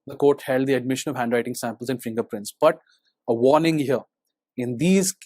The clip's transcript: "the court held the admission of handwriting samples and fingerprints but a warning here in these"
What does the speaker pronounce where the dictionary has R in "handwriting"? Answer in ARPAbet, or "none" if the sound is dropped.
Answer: R